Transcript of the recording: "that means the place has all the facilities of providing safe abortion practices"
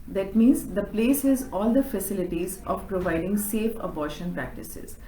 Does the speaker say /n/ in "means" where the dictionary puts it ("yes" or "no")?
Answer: yes